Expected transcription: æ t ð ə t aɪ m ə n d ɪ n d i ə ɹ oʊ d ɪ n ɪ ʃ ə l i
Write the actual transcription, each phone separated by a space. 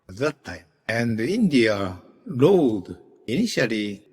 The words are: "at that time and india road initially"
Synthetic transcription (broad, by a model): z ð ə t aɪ ə n d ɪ n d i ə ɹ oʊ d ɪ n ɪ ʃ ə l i